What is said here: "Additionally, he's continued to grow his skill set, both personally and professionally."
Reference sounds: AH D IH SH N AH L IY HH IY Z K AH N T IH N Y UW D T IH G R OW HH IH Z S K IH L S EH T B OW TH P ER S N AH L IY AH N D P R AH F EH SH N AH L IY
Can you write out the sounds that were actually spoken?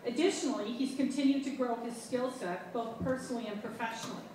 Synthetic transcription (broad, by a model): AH D IH SH N L IY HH IY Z K AH N T IH N Y UW D T IH G R OW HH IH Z S K IH L S EH T B OW TH P ER S N L IY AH N P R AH F EH SH N L IY